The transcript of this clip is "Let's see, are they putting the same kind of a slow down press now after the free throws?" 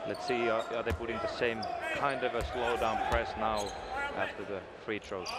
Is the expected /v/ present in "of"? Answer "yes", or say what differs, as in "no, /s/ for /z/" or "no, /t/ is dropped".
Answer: yes